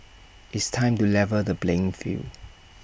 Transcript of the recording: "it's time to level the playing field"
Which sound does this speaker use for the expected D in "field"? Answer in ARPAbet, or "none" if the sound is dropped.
none